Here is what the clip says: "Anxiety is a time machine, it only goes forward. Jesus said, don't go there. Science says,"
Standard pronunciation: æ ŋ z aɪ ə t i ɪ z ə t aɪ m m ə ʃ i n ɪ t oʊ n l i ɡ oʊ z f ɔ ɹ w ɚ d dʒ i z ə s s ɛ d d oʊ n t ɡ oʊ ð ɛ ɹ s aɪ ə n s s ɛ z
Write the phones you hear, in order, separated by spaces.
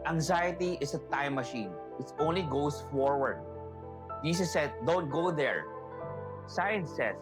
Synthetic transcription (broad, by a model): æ ŋ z aɪ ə t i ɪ s ə t aɪ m m ə ʃ i n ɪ t oʊ n l i ɡ oʊ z f ɔ ɹ w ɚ d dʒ i s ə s s ɛ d d oʊ n t ɡ oʊ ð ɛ ɹ s aɪ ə n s s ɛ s